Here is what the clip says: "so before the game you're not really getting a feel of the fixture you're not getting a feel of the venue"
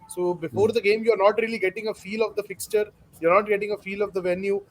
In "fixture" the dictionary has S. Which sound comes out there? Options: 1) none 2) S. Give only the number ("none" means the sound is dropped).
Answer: 2